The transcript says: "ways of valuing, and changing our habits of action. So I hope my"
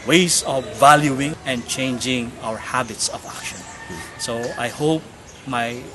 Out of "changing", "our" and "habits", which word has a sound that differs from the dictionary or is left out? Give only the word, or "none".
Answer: none